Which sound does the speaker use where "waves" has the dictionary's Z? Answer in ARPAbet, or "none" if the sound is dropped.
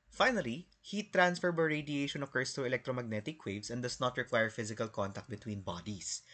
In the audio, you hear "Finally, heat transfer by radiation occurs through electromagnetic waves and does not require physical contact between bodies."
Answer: S